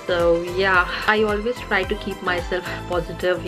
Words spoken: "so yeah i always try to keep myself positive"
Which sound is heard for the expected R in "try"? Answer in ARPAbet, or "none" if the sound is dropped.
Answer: R